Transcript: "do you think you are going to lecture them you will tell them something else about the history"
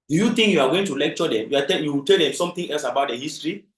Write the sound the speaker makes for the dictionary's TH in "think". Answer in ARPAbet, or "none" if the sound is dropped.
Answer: T